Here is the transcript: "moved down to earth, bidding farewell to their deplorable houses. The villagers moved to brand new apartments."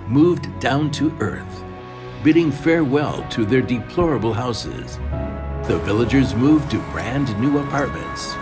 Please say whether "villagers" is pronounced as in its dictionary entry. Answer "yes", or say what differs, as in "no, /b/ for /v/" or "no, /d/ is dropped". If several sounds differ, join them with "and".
yes